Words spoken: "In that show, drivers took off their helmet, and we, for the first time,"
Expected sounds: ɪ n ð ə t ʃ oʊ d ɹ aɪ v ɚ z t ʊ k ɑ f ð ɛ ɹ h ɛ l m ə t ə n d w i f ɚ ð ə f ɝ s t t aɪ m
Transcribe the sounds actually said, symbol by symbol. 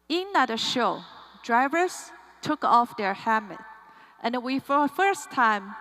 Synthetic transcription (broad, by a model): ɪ n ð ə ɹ ʃ oʊ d ɹ aɪ v ɚ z t ʊ k ɑ f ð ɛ ɹ h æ m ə t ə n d w i f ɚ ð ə f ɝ s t t aɪ m